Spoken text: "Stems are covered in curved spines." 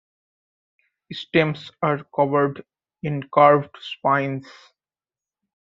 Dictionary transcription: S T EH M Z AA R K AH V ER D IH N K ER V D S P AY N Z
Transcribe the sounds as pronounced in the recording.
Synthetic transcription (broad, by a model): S T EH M S AA R K AH V ER D IH N K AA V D S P AY N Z